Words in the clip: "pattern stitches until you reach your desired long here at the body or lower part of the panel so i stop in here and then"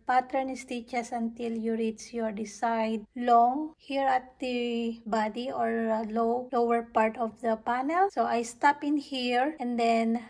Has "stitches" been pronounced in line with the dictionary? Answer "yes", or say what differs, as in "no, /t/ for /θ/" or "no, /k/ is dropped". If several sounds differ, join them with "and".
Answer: no, /s/ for /z/